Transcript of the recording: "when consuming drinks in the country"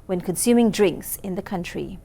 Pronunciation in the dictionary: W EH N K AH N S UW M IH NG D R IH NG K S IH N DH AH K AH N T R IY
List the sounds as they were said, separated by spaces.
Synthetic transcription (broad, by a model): W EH N K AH N S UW M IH NG D R IH NG K S IH N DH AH K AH N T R IY